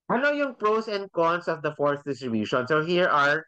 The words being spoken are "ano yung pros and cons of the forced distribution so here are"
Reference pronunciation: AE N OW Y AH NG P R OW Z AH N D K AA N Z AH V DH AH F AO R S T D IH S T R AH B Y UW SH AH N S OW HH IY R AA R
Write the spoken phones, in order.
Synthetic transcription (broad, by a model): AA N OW Y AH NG P R OW S AH N D K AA N S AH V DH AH F AO R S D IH S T R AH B Y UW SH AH N S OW HH IY R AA R